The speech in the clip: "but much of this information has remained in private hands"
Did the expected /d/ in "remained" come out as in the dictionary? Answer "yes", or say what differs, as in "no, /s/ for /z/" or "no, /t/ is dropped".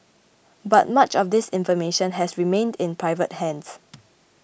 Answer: yes